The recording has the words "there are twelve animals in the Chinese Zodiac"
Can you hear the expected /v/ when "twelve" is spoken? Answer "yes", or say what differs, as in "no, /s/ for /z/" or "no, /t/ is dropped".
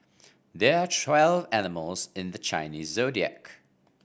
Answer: yes